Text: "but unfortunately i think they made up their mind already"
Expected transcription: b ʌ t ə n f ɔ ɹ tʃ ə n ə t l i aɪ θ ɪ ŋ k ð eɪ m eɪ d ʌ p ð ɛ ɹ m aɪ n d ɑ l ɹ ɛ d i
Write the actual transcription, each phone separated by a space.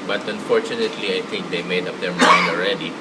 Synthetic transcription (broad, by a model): b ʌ t ə n f ɔ ɹ tʃ ə n ə t l i aɪ t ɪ ŋ k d eɪ m eɪ d ʌ p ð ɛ ɹ m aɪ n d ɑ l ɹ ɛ d i